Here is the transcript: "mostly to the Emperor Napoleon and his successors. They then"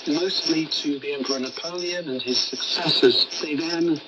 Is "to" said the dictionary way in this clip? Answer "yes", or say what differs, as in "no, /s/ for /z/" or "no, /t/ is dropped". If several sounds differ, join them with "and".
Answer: yes